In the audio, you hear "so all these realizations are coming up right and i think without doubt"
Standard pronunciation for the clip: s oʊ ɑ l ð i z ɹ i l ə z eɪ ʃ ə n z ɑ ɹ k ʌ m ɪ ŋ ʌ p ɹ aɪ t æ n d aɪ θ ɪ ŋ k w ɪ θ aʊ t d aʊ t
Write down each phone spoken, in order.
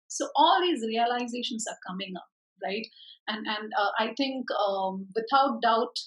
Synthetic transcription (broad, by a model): s oʊ ɑ l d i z ɹ i l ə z eɪ ʃ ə n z ɑ ɹ k ʌ m ɪ ŋ ʌ p ɹ aɪ t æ n d aɪ t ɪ ŋ k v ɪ t aʊ t d aʊ t